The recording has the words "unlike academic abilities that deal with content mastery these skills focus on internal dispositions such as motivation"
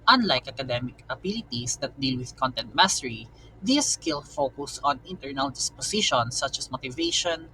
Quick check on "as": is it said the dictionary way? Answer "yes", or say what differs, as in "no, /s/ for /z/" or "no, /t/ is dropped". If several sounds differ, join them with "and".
no, /s/ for /z/